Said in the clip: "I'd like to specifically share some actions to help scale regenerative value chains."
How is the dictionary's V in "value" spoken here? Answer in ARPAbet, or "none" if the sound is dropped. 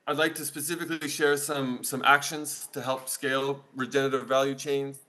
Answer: V